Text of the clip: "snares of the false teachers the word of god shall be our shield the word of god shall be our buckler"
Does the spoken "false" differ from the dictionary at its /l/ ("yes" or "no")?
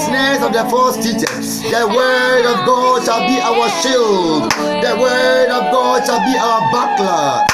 yes